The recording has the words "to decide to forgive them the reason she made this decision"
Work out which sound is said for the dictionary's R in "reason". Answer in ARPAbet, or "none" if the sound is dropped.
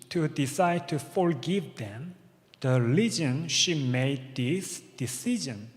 L